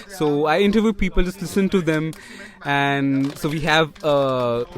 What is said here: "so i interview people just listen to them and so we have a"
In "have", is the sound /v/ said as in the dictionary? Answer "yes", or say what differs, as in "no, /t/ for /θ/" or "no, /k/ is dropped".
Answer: yes